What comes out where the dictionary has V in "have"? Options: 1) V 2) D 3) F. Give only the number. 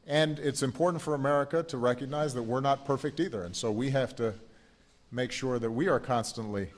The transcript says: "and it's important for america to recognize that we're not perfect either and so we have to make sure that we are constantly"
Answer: 3